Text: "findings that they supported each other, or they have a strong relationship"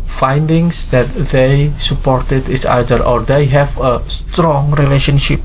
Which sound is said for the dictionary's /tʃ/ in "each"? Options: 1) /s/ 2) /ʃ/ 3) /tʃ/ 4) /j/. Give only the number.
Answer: 1